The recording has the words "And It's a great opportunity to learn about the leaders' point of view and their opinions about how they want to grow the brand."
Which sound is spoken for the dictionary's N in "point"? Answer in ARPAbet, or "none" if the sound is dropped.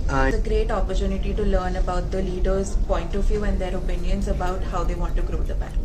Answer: N